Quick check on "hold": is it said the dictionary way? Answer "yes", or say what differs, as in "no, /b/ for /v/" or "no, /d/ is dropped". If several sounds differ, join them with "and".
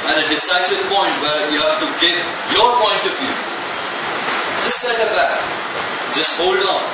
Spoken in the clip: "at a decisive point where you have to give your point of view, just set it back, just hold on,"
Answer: yes